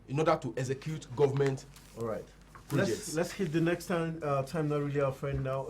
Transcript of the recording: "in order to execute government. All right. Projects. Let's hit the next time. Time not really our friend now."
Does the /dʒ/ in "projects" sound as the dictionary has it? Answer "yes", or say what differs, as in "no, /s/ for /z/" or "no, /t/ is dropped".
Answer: no, /dʒ/ is dropped